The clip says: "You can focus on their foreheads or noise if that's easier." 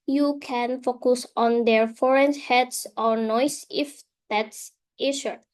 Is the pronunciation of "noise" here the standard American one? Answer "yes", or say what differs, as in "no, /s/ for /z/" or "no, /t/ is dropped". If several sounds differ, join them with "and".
no, /s/ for /z/